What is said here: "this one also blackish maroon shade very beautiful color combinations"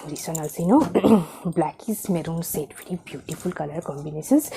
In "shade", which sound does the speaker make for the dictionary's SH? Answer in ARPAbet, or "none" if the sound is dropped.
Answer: S